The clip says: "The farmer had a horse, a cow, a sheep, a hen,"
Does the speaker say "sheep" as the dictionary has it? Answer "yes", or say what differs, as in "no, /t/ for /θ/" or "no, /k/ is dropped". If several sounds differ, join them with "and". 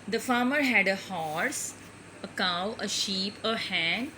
yes